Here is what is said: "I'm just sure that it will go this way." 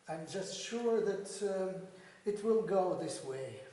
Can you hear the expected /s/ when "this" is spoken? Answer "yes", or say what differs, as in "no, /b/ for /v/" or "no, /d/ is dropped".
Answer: yes